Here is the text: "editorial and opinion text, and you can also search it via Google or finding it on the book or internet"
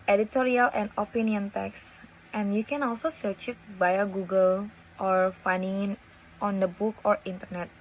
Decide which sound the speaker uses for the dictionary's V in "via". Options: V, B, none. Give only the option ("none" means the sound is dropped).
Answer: B